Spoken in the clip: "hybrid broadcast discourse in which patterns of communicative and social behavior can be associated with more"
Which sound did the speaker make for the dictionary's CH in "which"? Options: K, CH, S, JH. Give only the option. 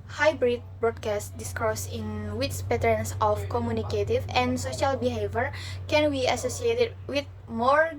S